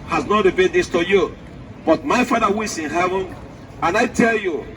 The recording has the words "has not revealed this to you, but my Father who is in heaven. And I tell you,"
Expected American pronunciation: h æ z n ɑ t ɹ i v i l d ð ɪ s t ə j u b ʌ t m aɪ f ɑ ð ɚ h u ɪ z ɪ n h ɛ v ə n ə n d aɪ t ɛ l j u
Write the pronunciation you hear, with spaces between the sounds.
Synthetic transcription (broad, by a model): h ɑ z n ɑ t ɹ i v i d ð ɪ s t ə j u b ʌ t m aɪ f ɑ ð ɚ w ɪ s ɪ n h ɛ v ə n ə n aɪ t ɛ l j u